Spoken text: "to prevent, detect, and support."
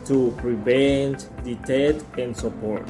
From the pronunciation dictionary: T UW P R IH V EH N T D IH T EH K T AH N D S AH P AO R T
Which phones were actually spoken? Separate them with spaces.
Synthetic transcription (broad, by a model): T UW P R IH V EH N T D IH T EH T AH N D S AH P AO R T